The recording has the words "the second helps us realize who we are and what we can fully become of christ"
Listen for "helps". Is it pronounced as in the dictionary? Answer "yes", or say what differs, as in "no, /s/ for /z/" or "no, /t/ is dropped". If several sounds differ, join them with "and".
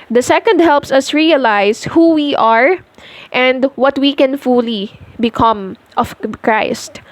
yes